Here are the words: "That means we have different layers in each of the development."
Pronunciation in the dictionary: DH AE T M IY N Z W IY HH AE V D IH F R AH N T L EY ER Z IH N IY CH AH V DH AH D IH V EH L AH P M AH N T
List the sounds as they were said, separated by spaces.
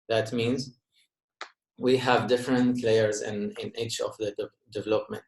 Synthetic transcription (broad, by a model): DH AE T M IY N Z W IY HH AE V D IH F R AH N T L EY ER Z IH N IY CH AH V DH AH D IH V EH L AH P M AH N T